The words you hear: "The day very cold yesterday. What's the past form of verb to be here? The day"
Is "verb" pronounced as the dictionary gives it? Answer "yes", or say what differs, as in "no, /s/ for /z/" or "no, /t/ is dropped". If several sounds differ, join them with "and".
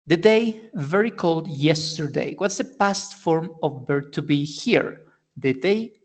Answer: no, /b/ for /v/